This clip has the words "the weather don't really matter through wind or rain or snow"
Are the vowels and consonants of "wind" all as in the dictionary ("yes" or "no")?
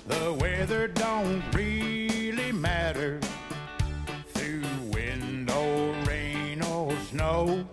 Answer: yes